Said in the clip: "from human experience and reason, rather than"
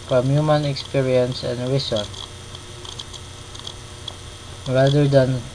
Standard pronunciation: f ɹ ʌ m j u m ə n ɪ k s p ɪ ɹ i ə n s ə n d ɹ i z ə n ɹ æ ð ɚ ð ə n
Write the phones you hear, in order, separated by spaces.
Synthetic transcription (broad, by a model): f ɹ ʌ m j u m ə n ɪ k s p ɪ ɹ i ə n s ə n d ɹ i s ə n ɹ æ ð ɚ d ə n